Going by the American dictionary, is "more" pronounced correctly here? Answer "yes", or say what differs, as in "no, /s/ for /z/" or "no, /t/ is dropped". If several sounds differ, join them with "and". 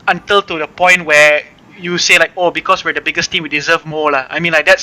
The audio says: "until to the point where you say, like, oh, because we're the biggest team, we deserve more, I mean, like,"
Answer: no, /l/ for /ɹ/